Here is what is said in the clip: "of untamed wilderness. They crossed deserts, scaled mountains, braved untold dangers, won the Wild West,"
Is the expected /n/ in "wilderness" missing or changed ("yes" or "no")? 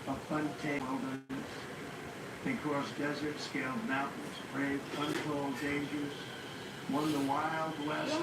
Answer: yes